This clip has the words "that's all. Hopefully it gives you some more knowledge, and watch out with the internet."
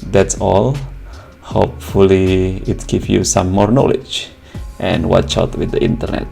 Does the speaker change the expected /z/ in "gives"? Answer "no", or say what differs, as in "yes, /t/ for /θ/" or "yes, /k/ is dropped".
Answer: yes, /z/ is dropped